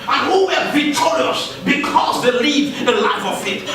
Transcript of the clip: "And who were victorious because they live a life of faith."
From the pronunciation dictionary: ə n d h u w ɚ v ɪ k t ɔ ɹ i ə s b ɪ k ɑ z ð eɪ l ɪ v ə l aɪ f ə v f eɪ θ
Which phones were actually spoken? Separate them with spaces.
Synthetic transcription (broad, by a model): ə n h u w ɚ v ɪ t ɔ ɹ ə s b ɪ k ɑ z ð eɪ l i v ə l aɪ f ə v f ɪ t